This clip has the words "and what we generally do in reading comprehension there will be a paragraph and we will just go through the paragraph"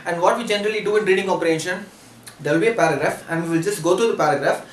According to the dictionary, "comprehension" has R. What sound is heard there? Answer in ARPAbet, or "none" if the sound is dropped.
none